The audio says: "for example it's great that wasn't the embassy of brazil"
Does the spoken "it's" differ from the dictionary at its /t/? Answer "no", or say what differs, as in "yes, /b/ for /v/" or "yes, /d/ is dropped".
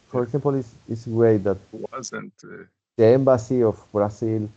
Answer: yes, /s/ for /t/